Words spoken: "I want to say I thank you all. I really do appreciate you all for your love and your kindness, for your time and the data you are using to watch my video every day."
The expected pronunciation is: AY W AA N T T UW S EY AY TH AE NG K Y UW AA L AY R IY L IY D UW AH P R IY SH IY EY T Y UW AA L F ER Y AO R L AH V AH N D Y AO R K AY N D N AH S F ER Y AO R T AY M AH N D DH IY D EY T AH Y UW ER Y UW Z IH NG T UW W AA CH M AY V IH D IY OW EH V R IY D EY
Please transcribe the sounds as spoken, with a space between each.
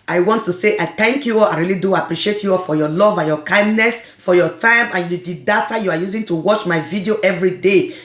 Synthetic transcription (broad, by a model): AY W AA N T T UW S EY AY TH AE NG K Y UW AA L AY R IY L IY D UW AH P R IY SH IY EY T Y UW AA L F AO Y AO L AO V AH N Y AO K AY N D N AH S F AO Y AO T AY M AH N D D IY D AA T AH Y UW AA Y UW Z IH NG T UW W AA CH M AY V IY D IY OW EH V R IY D EY